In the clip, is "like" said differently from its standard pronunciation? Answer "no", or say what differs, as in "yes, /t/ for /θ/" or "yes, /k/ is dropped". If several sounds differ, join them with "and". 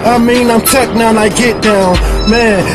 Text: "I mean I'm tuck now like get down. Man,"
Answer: yes, /n/ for /l/